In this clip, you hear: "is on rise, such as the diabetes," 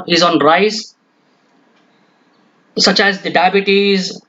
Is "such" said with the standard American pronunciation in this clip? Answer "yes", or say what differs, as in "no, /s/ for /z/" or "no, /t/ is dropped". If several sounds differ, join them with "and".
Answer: yes